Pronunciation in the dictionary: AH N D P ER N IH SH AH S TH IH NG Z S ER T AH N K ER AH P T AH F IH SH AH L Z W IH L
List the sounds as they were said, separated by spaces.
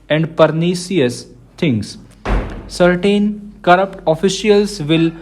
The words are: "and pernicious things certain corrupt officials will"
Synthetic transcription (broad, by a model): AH N D P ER N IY S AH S T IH NG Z S ER T AH N K ER AH P T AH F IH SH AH L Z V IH L